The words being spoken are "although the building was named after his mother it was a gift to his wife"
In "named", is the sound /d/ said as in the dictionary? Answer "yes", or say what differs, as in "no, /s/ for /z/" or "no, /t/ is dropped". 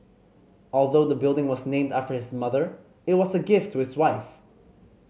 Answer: yes